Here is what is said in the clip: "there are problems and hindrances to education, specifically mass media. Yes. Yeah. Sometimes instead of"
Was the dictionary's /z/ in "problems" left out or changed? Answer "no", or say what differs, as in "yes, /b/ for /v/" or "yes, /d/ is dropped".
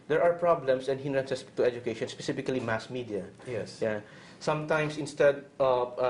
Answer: yes, /s/ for /z/